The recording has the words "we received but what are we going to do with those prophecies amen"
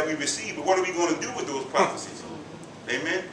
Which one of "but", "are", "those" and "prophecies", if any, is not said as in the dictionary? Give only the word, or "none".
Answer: prophecies